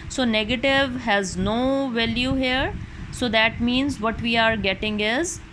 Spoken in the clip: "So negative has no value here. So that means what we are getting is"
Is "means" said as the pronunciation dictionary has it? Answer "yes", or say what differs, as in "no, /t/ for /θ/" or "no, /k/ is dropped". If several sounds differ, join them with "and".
yes